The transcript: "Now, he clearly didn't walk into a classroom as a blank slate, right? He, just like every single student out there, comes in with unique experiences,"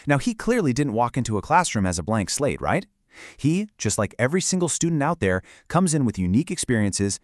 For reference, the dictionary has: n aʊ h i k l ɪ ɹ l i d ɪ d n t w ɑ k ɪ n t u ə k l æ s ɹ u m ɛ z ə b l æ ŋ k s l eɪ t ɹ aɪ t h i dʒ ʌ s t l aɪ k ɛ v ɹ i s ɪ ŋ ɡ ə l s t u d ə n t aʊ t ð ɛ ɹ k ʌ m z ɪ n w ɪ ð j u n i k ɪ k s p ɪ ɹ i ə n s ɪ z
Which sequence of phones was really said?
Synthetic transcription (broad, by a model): n aʊ h i k l ɪ ɹ l i d ɪ d n t w ɑ k ɪ n t u ə k l æ s ɹ u m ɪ z ə b l æ ŋ k s l eɪ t ɹ aɪ t h i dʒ ʌ s t l aɪ k ɛ v ɹ i s ɪ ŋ ɡ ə l s t u d n t aʊ t ð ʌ ɹ k ʌ m z ɪ n w ɪ ð j u n i k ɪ k s p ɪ ɹ i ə n s ɪ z